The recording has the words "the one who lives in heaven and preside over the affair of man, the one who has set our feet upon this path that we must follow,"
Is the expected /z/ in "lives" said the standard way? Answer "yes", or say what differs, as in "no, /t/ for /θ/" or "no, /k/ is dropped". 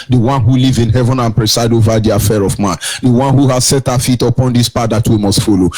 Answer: no, /z/ is dropped